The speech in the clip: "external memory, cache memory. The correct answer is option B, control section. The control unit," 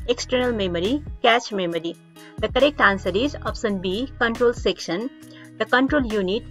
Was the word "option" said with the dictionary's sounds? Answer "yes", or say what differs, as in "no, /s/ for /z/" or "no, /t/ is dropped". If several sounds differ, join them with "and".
no, /s/ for /ʃ/